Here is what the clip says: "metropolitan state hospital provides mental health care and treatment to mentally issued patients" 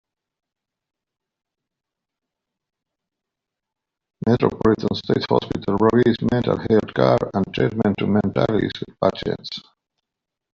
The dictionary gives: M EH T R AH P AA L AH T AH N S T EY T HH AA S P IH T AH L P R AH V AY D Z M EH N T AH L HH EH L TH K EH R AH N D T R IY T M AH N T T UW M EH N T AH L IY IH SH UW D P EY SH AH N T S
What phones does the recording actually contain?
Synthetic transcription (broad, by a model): M EH T R AH P AA L AH T AH N S T EY T HH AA S P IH T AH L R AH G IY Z M EH N T AH L HH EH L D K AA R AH N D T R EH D M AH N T T UW M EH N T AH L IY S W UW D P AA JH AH T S